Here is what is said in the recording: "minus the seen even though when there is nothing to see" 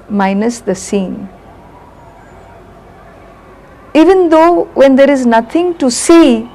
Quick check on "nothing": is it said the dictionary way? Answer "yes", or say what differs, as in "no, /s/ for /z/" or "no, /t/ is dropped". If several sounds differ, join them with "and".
no, /t/ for /θ/